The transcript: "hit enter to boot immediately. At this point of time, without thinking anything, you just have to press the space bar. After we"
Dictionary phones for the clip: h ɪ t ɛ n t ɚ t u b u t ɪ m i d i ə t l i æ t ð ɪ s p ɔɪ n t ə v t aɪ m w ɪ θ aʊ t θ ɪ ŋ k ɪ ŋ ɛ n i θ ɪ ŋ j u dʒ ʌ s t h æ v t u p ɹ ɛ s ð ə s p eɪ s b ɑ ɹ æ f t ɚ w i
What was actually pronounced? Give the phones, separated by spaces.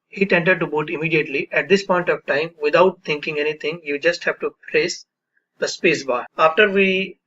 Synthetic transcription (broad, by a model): h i t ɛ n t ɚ t u b u t ɪ m i d i ə t l i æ t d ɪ s p ɔɪ n t ə v t aɪ m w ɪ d aʊ t t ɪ ŋ k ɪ ŋ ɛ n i t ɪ ŋ j u dʒ ʌ s t h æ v t u p ɹ ɛ s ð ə s p eɪ s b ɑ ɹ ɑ f t ɚ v i